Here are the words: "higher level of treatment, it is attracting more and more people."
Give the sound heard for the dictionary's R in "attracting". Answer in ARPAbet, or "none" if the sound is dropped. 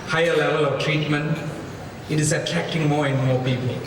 none